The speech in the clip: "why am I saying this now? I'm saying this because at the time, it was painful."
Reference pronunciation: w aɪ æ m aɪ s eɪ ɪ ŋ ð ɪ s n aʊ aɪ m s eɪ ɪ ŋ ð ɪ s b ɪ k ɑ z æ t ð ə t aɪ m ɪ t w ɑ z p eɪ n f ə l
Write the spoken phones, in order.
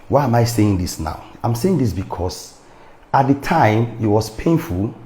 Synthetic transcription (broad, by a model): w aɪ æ m aɪ s eɪ ɪ ŋ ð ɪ s n aʊ aɪ m s eɪ ɪ ŋ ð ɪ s b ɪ k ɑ s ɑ t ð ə t aɪ m ɪ t w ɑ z p eɪ n f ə l